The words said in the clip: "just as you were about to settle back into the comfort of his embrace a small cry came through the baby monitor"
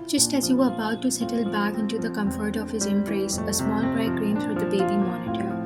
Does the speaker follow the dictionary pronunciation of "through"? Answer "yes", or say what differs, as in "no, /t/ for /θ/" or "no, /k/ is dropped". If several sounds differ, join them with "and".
no, /f/ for /θ/